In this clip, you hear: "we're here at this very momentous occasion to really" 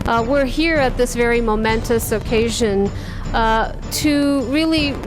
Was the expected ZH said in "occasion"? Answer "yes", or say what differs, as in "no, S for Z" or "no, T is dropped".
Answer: yes